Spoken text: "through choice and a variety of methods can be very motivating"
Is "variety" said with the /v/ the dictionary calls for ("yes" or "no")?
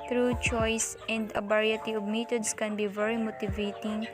no